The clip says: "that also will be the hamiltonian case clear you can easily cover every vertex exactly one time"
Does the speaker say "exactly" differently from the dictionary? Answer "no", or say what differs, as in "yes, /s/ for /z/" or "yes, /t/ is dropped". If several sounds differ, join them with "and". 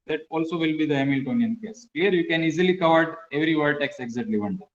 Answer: yes, /k/ is dropped